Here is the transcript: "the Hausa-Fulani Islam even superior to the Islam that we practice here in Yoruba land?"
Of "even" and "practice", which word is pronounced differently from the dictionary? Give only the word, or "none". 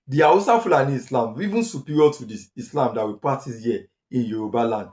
practice